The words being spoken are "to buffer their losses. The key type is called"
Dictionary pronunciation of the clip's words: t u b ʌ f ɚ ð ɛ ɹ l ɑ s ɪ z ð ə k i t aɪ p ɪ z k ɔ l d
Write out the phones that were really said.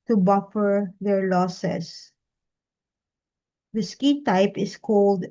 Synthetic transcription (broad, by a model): t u b ʌ f ɚ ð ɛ ɹ l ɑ s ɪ s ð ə k i t aɪ p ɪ s k ɔ l d